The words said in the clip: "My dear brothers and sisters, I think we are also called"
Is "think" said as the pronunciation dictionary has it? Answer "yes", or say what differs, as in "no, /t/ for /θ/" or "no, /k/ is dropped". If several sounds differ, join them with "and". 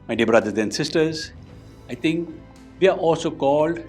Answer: no, /t/ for /θ/